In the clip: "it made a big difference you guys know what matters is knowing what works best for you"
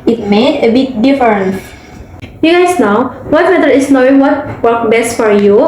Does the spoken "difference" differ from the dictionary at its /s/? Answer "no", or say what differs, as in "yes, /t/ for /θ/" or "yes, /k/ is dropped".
yes, /s/ is dropped